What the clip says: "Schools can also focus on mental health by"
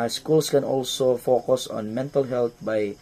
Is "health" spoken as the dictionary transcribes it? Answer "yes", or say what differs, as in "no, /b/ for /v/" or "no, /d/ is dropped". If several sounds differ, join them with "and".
no, /t/ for /θ/